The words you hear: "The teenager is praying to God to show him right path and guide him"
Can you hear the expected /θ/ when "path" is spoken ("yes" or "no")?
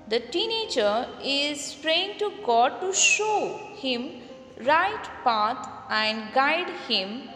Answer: no